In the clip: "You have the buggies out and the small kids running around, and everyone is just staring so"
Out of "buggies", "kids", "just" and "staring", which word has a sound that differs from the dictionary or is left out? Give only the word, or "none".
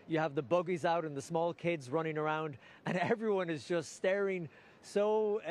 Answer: none